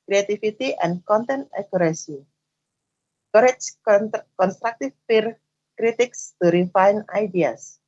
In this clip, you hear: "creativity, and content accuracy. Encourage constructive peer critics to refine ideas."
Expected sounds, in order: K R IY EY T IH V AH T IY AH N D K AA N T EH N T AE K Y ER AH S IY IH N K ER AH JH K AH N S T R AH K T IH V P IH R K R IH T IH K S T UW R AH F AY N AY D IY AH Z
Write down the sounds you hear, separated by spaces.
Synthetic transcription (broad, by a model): K R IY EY T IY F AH T IY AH N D K AA N T EH N T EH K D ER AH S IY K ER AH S K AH N S T R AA K T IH F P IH R K R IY T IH K S T UW R AH F AY N AY D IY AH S